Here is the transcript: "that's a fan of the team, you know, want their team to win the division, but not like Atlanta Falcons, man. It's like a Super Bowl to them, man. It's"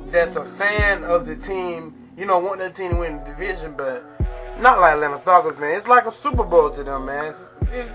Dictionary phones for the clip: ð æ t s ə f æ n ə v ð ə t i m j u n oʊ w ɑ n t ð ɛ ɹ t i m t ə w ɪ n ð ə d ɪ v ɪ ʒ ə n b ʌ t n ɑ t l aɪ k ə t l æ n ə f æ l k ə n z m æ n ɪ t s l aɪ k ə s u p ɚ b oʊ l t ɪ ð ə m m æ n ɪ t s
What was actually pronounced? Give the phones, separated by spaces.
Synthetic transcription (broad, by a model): ð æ t s ə f æ n ə v ð ə t i m j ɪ n oʊ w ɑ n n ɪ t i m w ɪ n d ɪ v ɪ ʒ ə n b ʌ t n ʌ t l aɪ k l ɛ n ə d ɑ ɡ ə z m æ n ɪ t s l aɪ k ə s u p ɚ b oʊ l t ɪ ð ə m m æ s